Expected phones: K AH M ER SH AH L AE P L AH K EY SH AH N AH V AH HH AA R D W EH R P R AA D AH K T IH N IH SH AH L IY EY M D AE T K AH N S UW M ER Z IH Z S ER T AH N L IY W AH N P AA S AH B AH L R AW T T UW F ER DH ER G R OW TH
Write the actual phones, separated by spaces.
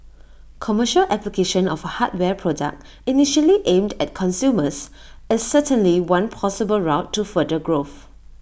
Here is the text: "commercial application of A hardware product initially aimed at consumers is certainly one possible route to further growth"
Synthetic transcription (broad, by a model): K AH M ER SH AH L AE P L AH K EY SH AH N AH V AH HH AA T W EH P R AA D AH K T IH N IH SH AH L IY EY M D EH T K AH N S UW M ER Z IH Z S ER T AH N L IY W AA N P AA S AH B AH L R AW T T UW F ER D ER G R OW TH